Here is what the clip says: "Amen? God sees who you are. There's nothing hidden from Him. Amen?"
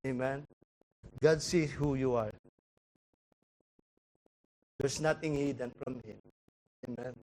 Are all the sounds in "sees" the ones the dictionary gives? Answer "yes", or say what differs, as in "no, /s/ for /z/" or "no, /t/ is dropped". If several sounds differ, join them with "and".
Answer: no, /z/ is dropped